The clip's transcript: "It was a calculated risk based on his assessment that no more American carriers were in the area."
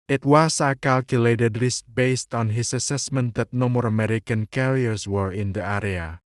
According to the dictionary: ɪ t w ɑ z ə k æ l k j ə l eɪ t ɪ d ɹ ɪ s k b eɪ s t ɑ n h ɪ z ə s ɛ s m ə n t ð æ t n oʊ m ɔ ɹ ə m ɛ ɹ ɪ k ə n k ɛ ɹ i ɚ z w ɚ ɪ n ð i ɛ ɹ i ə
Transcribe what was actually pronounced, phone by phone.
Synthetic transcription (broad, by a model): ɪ t w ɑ s ə k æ l k j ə l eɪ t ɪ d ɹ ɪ s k b eɪ s t ɑ n h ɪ s ə s ɛ s m ə n t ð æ t n oʊ m ɔ ɹ ə m ɛ ɹ ɪ k ə n k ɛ ɹ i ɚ s w ɚ ɪ n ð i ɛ ɹ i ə